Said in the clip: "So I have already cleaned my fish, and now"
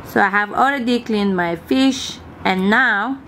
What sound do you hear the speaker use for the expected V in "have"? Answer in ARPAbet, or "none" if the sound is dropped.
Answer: V